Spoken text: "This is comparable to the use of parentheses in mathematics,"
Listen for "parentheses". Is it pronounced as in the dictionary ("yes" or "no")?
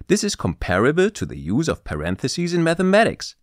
yes